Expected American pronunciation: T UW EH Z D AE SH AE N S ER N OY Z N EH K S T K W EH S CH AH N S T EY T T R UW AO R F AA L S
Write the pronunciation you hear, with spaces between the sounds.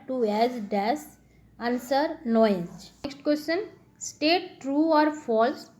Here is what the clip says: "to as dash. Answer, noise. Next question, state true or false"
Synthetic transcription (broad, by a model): T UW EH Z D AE S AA N S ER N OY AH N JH K S T K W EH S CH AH N S T EY T T R UW AO R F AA L S